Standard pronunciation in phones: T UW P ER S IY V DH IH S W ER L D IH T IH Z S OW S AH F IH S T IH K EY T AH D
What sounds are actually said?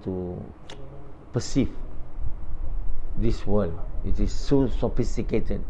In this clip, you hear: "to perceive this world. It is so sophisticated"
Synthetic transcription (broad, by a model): T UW P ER S IY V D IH S W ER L IH T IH S OW S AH F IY S T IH K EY T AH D